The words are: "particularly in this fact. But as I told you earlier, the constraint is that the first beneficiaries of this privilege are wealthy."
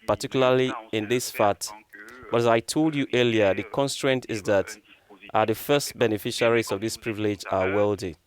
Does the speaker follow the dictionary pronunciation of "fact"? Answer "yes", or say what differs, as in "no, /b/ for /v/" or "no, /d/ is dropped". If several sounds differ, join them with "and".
no, /k/ is dropped